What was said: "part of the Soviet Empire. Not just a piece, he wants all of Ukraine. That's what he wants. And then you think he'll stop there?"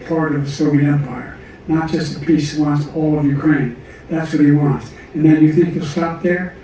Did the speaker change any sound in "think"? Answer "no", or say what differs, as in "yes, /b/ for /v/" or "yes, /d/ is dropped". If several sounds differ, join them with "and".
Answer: no